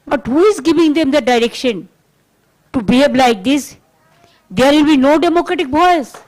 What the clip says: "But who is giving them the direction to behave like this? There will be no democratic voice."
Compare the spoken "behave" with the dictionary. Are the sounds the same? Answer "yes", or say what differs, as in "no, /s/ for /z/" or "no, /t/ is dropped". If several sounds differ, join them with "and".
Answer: no, /b/ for /v/